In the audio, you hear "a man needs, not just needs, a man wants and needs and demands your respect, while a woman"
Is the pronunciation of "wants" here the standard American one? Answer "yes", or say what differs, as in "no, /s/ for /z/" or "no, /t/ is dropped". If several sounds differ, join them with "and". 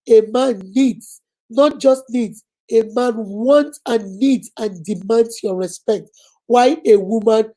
no, /s/ is dropped